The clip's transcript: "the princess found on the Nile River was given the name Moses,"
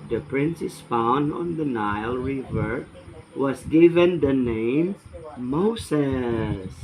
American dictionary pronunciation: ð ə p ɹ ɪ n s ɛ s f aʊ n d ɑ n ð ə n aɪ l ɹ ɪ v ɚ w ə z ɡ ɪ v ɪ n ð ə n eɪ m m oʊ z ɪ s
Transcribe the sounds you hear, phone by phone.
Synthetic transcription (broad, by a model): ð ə p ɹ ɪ n s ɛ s f aʊ n d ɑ n ð ə n aɪ l ɹ ɪ v ɚ w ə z ɡ ɪ v ɪ n ð ə n eɪ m m oʊ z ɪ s